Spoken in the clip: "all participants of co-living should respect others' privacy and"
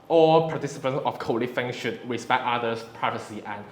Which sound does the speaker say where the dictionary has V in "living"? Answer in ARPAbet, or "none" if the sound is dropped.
F